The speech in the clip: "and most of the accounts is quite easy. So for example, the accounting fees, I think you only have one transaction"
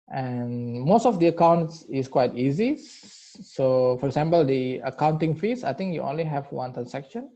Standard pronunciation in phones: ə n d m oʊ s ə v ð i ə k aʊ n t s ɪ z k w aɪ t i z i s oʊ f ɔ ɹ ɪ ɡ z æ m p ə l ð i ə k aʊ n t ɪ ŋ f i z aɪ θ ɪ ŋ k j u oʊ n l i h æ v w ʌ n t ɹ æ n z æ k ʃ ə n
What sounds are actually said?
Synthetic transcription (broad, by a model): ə n m oʊ s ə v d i ə k aʊ n t s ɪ s k w aɪ t i z i s oʊ f ɔ ɹ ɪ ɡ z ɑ m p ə l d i ə k aʊ n t ɪ ŋ f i s aɪ t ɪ ŋ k j u oʊ n l i h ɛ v w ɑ n t ɹ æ n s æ k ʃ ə n